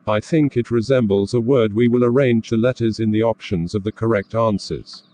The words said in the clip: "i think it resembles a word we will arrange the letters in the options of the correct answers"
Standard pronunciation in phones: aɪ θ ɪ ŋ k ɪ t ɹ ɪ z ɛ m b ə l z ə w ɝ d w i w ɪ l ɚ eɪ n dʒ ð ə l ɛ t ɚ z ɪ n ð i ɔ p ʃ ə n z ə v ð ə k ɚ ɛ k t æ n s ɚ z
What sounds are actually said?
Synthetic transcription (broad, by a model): aɪ θ ɪ ŋ k ɪ t ɹ ɪ z ɛ m b ə l z ə w ɝ d w i w ɪ l ɚ eɪ n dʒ ð ə l ɛ t ɚ z ɪ n ð i ɔ p ʃ ə n z ə v ð ə k ɚ ɛ k t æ n s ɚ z